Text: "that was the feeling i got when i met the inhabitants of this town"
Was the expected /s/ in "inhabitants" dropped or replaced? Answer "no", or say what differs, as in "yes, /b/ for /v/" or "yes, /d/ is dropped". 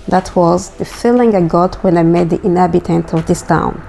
yes, /s/ is dropped